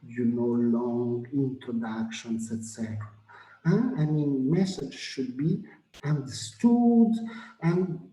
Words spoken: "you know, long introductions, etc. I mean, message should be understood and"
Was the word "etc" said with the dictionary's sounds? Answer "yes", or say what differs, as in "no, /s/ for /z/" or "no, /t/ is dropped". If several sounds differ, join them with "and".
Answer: yes